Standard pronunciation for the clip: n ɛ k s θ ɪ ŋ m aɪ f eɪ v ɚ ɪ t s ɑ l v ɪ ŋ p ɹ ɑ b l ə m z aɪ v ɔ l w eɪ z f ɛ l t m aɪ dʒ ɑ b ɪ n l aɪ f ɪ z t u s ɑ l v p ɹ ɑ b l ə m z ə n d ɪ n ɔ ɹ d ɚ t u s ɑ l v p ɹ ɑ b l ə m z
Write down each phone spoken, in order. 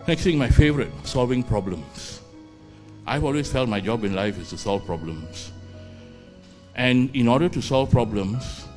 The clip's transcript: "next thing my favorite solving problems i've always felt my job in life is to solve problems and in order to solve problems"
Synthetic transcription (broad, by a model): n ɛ k s t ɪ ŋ m aɪ f eɪ v ɚ ɪ t s ɑ l v ɪ ŋ p ɹ ɑ b l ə m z aɪ v ɔ l w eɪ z f ɛ l t m aɪ dʒ ɑ b ɪ n l aɪ f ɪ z t u s ɑ l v p ɹ ɑ b l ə m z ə n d ɪ n ɔ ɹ d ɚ t u s ɑ l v p ɹ ɑ b l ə m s